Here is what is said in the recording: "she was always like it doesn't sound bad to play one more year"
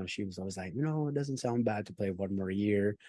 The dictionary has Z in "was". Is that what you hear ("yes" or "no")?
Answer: yes